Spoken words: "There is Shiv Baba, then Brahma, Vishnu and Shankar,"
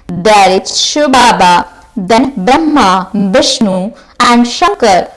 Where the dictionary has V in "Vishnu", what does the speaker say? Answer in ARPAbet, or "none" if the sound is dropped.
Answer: B